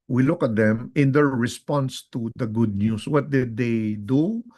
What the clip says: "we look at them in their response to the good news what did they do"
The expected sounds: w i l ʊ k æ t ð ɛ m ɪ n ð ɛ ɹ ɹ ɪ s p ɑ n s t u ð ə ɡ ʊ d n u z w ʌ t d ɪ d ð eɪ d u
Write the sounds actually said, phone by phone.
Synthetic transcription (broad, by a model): w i l ʊ k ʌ t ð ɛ m ɪ n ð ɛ ɹ ɹ ɪ s p ɑ n s t u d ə ɡ ʊ d n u s w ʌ t d ɪ d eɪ d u